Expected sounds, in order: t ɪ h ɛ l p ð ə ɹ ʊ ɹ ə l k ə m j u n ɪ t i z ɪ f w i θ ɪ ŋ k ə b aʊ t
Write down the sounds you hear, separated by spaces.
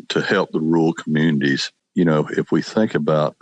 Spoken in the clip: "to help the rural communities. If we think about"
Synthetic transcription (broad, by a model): t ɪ h ɛ l p ð ə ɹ ɹ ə l k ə m j u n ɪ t i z ɪ f w i θ ɪ ŋ k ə b aʊ t